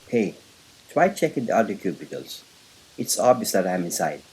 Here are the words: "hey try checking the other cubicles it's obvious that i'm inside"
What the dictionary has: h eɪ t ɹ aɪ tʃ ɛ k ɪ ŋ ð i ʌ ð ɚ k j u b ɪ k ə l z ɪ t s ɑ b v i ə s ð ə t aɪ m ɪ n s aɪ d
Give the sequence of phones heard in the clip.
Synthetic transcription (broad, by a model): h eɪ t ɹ aɪ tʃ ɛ k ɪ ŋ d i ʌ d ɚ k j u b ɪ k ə l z ɪ t s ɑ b i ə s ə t aɪ m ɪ n s aɪ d